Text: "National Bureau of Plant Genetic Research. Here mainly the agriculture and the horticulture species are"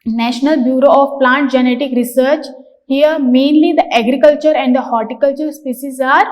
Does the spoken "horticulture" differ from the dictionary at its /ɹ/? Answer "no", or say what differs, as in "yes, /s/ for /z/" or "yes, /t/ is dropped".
no